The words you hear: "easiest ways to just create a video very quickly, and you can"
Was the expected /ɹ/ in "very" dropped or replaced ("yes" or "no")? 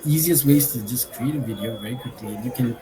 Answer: yes